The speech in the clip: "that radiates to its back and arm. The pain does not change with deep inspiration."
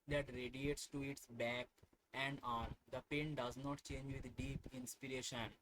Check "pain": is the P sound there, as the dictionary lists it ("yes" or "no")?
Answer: yes